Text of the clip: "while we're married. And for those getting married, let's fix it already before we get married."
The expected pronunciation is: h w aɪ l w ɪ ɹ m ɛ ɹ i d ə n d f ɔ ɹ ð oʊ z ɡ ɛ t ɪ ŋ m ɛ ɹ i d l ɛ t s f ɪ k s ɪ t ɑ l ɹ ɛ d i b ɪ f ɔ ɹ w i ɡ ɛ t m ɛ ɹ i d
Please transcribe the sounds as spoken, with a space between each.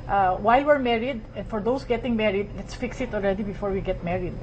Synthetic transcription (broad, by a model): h w aɪ l w ɪ ɹ m ɛ ɹ i d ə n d f ɔ ɹ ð oʊ s ɡ ɛ t ɪ ŋ m ɛ ɹ i d l ɛ t s f ɪ k s ɪ t ɑ l ɹ ɛ d i b ɪ f ɔ ɹ w i ɡ ɛ t m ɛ ɹ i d